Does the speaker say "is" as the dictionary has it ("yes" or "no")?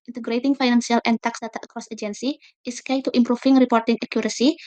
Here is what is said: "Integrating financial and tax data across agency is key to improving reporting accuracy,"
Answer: no